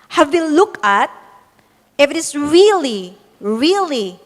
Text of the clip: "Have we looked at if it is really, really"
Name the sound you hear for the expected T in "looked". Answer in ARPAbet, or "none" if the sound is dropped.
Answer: none